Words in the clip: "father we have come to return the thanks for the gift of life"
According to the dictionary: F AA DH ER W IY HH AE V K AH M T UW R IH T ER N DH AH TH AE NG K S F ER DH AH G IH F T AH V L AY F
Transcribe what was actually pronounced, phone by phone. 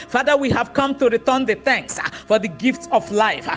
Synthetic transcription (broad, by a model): F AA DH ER W IY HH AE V K AH M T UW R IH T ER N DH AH TH AE NG K S F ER DH AH G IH F T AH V L AY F